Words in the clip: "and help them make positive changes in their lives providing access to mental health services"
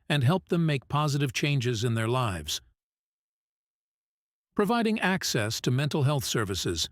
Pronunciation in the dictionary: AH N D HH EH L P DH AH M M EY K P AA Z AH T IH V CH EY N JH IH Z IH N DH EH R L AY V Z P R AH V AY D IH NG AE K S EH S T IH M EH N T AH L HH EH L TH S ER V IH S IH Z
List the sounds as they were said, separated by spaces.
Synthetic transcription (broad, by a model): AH N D HH EH L P DH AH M M EY K P AA Z AH T IH V CH EY N JH IH Z IH N DH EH R L AY V Z P R AH V AY D IH NG AE K S EH S T IH M EH N T L HH EH L TH S ER V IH S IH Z